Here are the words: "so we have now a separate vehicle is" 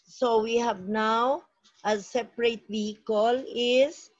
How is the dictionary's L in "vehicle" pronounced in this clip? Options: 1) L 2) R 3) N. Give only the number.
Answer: 1